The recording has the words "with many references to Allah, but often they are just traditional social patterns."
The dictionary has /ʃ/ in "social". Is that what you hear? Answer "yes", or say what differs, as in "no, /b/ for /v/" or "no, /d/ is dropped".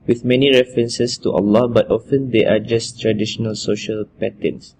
yes